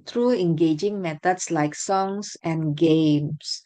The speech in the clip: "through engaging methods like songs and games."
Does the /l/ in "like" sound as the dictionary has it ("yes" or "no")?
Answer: yes